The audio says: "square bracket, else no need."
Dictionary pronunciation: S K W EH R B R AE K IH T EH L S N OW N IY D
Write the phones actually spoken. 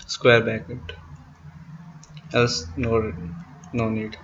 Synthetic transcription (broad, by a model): S K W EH R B AE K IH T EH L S N OW N IY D